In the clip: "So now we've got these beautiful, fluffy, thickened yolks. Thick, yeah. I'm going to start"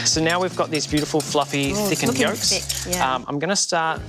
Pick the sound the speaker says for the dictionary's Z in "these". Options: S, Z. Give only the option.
Z